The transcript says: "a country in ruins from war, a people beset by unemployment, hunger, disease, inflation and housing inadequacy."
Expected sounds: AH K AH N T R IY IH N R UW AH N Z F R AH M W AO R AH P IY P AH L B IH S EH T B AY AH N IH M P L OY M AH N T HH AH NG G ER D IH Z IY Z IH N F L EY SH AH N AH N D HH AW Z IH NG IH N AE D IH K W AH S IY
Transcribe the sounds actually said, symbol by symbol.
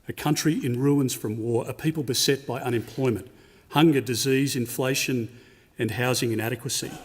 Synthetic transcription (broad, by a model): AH K AH N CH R IY IH N R UW AH N Z F R AH M W AO R AH P IY P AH L B IH S EH T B AY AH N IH M P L OY M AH N T HH AH NG G ER D IH Z IY Z IH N F L EY SH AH N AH N HH AW Z IH NG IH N AE D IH K W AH S IY